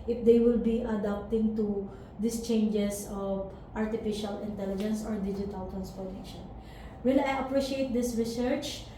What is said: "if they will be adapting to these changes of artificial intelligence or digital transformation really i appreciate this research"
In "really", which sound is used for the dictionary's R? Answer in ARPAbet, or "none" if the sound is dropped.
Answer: W